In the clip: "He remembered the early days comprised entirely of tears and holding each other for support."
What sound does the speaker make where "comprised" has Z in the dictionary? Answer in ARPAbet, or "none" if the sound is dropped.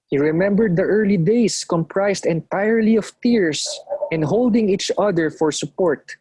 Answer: S